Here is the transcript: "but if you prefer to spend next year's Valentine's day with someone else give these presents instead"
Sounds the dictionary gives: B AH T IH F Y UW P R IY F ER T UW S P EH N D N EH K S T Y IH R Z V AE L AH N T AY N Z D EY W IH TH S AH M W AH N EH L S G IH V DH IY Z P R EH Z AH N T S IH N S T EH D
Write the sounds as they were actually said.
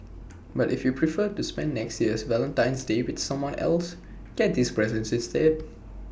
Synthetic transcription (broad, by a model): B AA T IH F Y UW P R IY F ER T UW S P EH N N EH K S T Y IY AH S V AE L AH N T AY N S D EY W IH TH S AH M W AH N EH L S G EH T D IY S P R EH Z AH N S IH S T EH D